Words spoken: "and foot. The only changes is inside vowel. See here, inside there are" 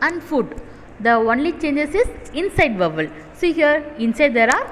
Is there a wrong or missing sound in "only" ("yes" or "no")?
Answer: no